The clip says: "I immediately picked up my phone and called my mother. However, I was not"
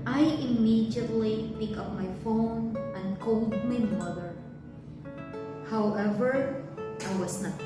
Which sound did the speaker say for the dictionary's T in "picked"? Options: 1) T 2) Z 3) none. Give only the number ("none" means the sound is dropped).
3